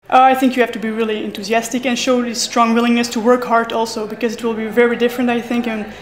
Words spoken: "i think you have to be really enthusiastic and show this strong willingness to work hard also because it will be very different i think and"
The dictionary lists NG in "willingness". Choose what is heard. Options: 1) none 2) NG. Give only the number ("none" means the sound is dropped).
2